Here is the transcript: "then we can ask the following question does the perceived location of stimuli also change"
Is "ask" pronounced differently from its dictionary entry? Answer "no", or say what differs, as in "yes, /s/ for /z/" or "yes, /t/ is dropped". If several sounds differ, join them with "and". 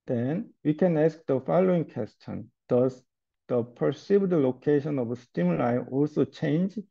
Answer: no